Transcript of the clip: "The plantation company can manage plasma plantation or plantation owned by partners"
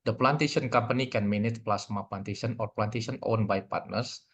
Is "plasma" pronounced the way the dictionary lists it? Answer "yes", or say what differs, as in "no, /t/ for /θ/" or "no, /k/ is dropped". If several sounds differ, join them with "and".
no, /s/ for /z/